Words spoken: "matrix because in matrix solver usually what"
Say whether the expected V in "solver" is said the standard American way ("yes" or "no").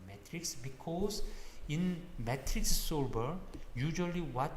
no